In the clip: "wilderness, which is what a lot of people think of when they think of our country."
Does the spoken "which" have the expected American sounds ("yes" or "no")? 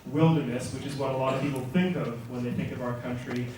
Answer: yes